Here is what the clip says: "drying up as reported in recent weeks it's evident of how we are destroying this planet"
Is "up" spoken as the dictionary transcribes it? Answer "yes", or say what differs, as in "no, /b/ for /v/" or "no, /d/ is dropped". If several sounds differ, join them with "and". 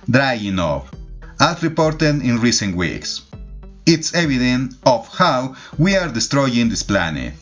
no, /f/ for /p/